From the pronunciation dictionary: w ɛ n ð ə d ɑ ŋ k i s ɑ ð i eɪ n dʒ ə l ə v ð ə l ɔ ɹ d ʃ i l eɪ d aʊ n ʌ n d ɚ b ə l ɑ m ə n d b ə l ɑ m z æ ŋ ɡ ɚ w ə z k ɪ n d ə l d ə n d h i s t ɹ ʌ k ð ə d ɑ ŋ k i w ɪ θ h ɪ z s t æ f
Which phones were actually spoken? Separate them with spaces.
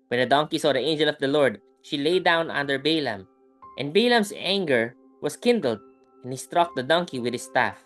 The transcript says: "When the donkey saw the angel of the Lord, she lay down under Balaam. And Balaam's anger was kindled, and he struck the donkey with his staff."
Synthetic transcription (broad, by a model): w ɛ n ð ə d ɑ ŋ k i s ɑ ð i eɪ n dʒ ə l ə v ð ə l ɔ ɹ d ʃ i l eɪ d aʊ n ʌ n d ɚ b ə l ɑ m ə n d b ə l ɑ m s æ ŋ ɡ ɚ w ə s k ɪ n d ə l d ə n h i s t ɹ ʌ k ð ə d ɑ ŋ k i w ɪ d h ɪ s t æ f